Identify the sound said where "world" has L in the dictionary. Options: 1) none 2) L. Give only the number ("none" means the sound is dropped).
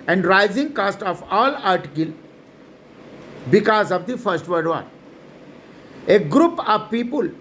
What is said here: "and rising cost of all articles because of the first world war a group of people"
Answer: 1